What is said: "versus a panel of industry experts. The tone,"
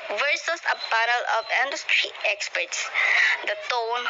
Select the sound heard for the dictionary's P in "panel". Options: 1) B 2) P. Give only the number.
1